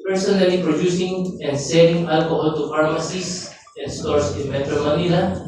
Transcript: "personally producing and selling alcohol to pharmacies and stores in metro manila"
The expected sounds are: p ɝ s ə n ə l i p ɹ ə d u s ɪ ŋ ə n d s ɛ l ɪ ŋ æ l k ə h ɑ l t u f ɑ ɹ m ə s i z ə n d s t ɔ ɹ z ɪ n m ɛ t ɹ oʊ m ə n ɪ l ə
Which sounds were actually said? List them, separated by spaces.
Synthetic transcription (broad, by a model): p ɝ s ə n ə l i p ɹ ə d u s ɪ ŋ ə n d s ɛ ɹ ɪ ŋ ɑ l k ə h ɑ l t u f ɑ ɹ m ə s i s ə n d s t ɔ ɹ s ɪ n m ɛ t ɹ oʊ m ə n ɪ l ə